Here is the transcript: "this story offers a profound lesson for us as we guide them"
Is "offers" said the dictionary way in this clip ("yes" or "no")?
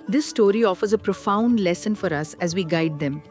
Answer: yes